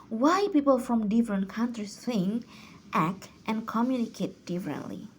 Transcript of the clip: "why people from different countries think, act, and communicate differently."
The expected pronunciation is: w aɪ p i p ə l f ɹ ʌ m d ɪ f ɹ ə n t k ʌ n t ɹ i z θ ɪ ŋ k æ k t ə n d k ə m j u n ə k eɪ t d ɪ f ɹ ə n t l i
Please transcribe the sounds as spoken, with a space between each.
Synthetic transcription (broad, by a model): w aɪ p i p ə l f ɹ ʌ m d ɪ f ɹ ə n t k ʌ n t ɹ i s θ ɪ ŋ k æ k t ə n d k ə m j u n ə k eɪ t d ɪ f ɹ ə n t l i